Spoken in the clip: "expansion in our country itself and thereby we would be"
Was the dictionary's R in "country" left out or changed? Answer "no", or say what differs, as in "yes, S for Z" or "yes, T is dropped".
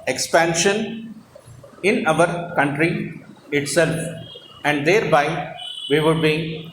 no